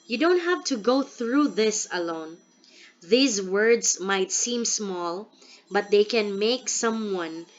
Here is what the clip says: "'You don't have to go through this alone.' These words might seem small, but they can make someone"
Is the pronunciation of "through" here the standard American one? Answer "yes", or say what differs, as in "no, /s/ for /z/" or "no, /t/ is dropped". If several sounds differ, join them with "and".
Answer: yes